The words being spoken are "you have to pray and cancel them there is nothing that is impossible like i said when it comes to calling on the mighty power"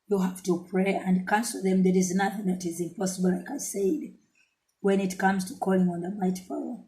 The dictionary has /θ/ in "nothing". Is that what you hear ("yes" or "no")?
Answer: yes